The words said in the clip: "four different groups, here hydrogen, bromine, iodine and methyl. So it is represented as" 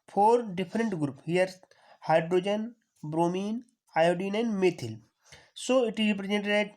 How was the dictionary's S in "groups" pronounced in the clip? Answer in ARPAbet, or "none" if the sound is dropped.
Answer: none